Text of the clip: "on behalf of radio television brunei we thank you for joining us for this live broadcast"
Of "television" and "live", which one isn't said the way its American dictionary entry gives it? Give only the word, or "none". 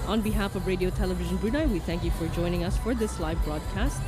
none